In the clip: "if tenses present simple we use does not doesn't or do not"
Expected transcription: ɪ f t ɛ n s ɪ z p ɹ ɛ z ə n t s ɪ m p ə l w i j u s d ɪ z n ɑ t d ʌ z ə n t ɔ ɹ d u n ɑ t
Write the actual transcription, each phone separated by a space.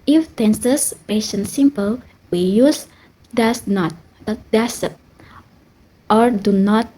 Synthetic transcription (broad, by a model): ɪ f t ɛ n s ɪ s p ɛ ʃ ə n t s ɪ m p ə l w i j u s d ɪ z n ɑ t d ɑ s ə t t ɔ ɹ d u n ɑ t